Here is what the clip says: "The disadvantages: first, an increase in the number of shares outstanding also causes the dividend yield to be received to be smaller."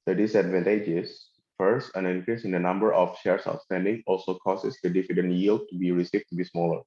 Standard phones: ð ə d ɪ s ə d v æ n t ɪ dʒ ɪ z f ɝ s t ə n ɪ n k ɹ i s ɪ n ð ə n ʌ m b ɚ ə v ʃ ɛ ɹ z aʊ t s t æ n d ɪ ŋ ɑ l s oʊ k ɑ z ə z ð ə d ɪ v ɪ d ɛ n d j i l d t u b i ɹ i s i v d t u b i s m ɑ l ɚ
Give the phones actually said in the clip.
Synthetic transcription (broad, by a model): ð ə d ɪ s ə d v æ n t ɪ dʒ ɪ s f ɝ s t ə n ɪ n k ɹ i s ɪ n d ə n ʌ m b ɚ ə f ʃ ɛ ɹ s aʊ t s t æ n d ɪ ŋ ɑ l s oʊ k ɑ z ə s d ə d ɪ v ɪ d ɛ n j i l d t u b i ɹ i s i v t u b i s m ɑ l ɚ